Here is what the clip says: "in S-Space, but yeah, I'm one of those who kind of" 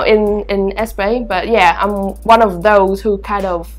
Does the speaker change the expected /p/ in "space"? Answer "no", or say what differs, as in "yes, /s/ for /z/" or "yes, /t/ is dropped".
yes, /b/ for /p/